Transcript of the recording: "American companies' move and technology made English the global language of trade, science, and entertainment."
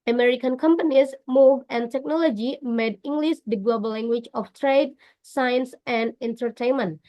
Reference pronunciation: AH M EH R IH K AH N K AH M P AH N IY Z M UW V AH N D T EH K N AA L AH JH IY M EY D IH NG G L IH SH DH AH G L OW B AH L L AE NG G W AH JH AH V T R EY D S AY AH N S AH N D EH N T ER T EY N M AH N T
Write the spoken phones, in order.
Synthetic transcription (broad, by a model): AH M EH R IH K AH N K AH M P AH N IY S M UW V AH N T EH K N AA L AH JH IY M EY D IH NG G L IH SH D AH G L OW B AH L L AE NG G W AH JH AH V T R EY D S AY AH N S AH N D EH N T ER T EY N M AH N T